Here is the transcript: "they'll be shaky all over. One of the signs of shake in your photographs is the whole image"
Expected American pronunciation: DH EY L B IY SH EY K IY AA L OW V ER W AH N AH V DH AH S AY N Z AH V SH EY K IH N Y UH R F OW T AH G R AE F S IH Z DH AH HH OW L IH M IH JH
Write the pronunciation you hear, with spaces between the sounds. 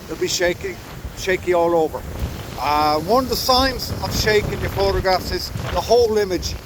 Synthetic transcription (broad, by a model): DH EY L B IY SH EY K IY AA L OW V ER W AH N AH V DH AH S AY N Z AH V SH EY K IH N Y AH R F OW T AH G R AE F S IH Z DH AH HH OW L IH M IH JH